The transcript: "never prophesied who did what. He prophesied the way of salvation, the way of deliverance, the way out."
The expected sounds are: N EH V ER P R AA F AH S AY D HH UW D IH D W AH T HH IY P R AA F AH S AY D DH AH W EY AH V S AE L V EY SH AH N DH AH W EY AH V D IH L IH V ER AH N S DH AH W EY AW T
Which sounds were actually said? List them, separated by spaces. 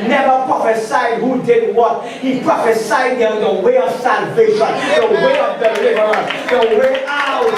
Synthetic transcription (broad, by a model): N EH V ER P R AA F AH S AY D HH UW D IH D W AH T HH IY P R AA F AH S AY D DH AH W EY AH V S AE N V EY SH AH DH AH W EY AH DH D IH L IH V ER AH S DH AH W EY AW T